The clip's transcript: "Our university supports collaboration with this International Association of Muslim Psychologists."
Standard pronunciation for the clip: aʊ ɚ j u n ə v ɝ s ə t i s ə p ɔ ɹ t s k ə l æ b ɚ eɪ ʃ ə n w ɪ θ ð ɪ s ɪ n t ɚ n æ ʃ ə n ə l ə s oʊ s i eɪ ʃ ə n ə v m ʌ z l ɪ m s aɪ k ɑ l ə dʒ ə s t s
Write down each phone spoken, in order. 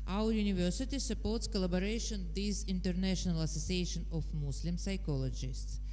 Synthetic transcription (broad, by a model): aʊ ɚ j u n ə v ɝ s ə t i s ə p ɔ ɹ t s k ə l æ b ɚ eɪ ʃ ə n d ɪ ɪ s ɪ n t ɚ n æ ʃ ə n ə l ə s oʊ s i eɪ ʃ ə n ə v m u s l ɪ m s aɪ k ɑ l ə dʒ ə s t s